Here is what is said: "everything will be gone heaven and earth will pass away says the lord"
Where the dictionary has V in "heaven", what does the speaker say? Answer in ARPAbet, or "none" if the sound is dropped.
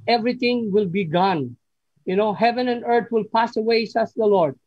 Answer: V